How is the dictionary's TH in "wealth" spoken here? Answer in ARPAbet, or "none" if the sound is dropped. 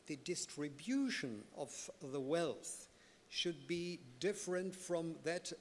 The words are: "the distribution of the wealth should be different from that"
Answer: TH